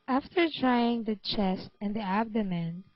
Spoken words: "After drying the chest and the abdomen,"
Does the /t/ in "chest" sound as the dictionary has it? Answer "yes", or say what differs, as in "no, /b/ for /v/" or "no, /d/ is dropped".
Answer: yes